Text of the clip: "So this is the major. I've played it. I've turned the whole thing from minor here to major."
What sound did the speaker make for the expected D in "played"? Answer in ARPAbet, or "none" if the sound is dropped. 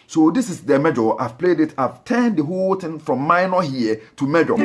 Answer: D